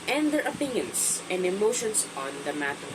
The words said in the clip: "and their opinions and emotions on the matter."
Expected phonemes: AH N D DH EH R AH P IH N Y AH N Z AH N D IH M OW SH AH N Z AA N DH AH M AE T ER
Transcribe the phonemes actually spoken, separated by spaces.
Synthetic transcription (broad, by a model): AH N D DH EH R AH P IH N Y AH N S AH N D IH M OW SH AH N S AA N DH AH M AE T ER